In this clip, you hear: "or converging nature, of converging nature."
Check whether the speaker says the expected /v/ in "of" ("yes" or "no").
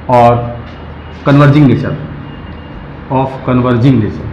no